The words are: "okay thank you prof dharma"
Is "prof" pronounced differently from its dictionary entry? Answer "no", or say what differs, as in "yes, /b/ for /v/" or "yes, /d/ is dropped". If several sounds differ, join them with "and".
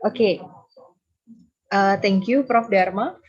no